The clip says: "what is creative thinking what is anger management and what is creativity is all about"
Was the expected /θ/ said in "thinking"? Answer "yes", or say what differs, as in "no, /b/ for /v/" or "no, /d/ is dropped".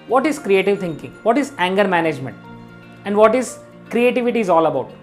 no, /t/ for /θ/